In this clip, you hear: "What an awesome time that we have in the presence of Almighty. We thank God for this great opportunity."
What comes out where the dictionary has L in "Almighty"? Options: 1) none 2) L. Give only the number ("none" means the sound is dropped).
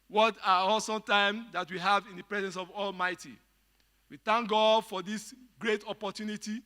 2